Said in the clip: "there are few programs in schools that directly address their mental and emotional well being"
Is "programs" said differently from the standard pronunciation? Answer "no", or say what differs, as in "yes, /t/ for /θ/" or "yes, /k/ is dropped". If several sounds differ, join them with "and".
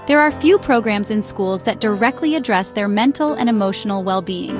no